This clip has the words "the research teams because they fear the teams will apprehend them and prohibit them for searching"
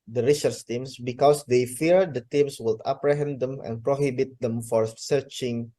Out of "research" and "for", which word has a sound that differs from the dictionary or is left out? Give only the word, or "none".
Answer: research